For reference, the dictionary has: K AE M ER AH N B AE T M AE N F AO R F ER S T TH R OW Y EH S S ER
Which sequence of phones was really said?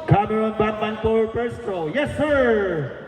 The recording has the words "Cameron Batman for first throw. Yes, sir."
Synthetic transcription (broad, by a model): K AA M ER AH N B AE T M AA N P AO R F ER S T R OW Y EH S S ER